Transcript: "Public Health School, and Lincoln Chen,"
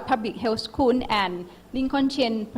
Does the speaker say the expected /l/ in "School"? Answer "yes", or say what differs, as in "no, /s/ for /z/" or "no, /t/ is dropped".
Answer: no, /n/ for /l/